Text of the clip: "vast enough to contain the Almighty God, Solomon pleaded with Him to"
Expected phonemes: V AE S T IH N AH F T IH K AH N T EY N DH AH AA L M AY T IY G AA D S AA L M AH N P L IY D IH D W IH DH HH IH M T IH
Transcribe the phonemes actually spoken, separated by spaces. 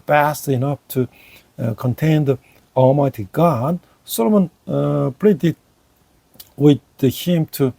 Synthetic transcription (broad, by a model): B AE S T IH N AH F T IH K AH N T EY N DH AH AA L M AY T IY G AA D S AA L M AH N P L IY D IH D W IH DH HH IH M T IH